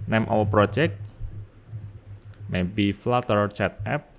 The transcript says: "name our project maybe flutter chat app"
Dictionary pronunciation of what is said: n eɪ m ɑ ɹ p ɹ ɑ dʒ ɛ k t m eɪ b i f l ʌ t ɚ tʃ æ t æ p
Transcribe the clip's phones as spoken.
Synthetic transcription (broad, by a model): n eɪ m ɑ w p ɹ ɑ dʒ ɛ k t m eɪ b i f l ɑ t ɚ tʃ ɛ t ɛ p